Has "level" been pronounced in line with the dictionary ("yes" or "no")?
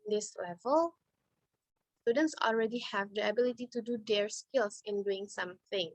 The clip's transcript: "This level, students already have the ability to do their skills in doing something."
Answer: yes